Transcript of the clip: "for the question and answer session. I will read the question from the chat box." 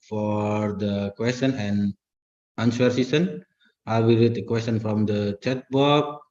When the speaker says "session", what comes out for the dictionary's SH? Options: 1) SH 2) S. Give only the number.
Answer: 2